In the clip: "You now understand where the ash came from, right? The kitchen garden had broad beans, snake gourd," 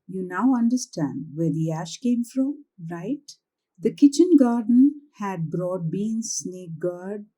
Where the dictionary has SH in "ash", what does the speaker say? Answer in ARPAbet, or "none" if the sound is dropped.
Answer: SH